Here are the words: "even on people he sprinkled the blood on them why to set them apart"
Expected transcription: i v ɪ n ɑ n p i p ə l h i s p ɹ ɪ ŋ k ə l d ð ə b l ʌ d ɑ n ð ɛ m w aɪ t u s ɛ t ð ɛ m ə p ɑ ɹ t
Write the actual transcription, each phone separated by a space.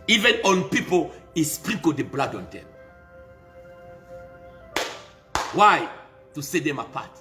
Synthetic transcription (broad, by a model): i v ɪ n ɑ n p i p ə l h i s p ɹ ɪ k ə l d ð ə b l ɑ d ɑ n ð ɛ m w aɪ t u s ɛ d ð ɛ m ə p ɑ t